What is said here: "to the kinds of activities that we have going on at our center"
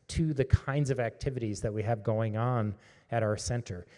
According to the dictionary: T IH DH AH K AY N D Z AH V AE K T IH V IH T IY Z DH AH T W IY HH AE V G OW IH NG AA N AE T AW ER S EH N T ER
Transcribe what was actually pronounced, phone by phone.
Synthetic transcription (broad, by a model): T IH DH AH K AY N D Z AH V AE K T IH V IH T IY Z DH AH T W IY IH V G OW IH NG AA N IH T AW ER S EH N T ER